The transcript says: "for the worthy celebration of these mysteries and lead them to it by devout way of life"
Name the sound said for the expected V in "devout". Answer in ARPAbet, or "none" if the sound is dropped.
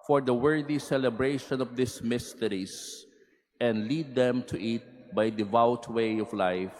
V